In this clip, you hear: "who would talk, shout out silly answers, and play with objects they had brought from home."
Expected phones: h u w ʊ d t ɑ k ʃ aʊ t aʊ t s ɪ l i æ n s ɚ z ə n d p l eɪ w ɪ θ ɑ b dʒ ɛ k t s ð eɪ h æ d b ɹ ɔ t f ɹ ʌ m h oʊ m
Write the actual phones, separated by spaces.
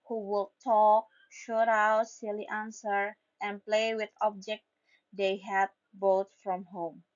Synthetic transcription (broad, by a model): h u w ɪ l t ɑ k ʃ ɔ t aʊ t s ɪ l i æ n s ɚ ə n p l eɪ w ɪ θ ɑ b dʒ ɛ k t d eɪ h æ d b ɔ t f ɹ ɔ m h oʊ m